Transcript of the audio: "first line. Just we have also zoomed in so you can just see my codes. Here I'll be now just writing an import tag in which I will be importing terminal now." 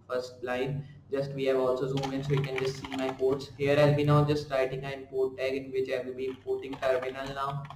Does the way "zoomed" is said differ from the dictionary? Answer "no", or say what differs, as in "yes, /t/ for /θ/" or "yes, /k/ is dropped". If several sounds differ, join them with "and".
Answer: yes, /d/ is dropped